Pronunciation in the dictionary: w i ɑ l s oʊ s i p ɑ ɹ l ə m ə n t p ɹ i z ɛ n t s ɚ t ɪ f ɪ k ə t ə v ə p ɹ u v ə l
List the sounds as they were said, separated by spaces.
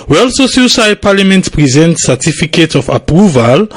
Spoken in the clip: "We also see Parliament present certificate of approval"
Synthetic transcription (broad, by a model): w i ɑ l s oʊ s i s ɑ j l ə m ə n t p ɹ i z ɛ n t s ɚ t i f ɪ k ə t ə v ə p ɹ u v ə l